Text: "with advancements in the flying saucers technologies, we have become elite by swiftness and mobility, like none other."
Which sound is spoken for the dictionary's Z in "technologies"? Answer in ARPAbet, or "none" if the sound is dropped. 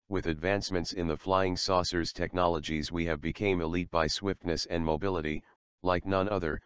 Z